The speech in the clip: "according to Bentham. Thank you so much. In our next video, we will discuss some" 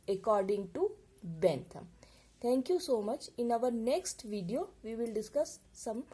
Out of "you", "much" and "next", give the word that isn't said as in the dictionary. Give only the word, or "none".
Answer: none